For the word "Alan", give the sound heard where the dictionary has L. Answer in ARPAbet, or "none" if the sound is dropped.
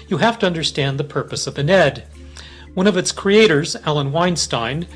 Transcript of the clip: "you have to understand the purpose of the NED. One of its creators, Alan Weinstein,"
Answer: L